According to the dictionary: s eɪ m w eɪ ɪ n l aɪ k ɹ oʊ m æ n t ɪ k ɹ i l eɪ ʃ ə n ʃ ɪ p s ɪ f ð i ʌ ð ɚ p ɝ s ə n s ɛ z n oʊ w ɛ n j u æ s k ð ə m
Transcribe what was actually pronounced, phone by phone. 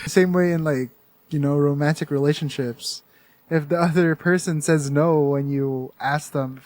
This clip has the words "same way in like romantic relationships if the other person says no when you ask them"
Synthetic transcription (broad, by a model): s eɪ m w eɪ ɪ n l aɪ k ɹ oʊ m æ n t ɪ k ɹ i l eɪ ʃ ə n ʃ ɪ p s ɪ f ð i ʌ ð ɚ p ɝ s ə n s ɛ z n oʊ w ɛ n j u æ s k ð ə m